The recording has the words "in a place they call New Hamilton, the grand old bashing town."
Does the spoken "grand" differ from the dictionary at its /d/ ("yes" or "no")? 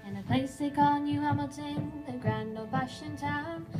yes